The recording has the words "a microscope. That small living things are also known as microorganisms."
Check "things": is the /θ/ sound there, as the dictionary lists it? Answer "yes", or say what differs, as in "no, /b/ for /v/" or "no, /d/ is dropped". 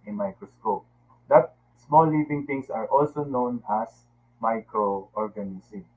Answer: no, /t/ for /θ/